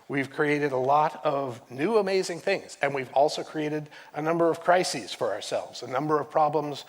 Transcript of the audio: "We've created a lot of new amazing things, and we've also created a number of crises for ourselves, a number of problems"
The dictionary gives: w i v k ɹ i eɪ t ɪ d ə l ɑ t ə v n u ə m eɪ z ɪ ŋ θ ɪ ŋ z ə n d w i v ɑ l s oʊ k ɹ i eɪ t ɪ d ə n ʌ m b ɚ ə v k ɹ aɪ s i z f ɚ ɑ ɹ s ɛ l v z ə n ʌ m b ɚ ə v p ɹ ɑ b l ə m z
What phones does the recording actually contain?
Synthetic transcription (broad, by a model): w i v k ɹ i eɪ t ɪ d ə l ɑ t ə v n u ə m eɪ z ɪ ŋ θ ɪ ŋ z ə n w i v ɑ l s oʊ k ɹ i eɪ t ɪ d ə n ʌ m b ɚ ə v k ɹ aɪ s i z f ɚ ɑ ɹ s ɛ l v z ə n ʌ m b ɚ ə v p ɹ ɑ b l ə m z